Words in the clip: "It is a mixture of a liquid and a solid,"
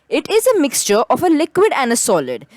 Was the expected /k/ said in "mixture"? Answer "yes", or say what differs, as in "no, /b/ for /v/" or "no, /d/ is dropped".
yes